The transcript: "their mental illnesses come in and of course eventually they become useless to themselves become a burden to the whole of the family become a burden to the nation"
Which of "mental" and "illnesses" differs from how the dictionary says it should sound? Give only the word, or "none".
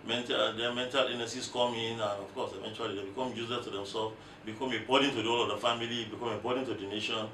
illnesses